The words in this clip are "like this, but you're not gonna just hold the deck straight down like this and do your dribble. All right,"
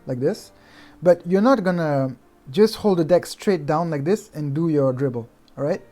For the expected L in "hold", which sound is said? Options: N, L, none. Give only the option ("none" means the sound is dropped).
L